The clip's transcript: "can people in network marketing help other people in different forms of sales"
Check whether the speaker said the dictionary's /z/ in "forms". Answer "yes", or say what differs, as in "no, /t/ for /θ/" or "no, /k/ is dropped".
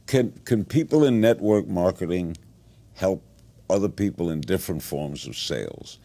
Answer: yes